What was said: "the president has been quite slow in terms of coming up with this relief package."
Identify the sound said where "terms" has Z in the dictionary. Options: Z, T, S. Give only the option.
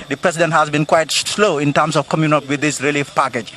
S